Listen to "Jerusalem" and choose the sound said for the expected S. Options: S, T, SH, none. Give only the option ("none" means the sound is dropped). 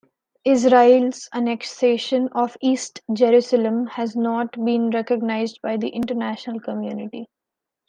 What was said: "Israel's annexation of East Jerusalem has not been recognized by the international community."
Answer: S